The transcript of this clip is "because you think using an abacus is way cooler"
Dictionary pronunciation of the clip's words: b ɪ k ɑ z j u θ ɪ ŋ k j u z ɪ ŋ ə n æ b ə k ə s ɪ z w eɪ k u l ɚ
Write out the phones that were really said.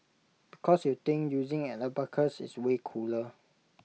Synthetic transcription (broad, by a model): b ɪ k ɑ s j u t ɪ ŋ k j u z ɪ ŋ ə l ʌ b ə k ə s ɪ s w eɪ k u l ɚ